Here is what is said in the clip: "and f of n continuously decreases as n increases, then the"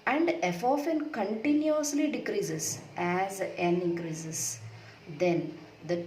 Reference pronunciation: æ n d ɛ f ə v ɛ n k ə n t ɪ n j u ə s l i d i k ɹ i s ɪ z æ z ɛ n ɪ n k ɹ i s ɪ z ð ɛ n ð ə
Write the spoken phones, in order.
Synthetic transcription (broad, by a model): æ n d ɛ f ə f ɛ n k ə n t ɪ n j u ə s l i d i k ɹ i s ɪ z æ z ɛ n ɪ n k ɹ i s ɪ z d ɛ n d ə